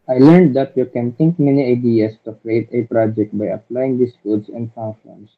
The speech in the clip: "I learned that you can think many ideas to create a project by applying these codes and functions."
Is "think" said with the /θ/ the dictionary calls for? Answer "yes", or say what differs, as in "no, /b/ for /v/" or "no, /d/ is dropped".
no, /t/ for /θ/